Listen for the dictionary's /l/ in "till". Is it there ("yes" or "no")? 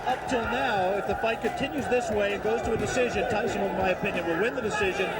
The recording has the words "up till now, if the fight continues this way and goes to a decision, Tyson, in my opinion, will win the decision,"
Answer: yes